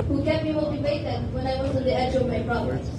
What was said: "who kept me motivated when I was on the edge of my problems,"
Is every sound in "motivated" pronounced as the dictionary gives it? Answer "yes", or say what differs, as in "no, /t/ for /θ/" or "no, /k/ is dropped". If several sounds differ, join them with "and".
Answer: no, /b/ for /v/